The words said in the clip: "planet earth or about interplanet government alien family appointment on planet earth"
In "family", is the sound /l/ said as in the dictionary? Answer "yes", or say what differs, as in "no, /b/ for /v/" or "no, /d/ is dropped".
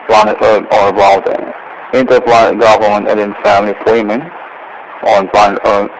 yes